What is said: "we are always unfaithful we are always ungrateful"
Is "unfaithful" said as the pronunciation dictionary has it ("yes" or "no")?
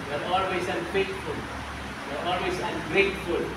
no